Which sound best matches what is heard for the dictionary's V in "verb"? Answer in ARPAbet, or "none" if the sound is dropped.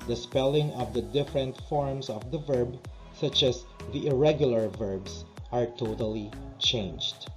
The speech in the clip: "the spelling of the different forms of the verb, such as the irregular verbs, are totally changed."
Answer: V